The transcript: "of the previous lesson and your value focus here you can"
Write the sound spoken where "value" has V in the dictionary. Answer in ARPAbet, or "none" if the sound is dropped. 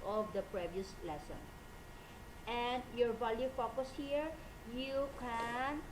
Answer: B